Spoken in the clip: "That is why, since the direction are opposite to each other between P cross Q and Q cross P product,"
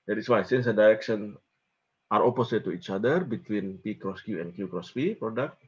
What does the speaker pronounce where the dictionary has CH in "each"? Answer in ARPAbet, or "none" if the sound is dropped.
CH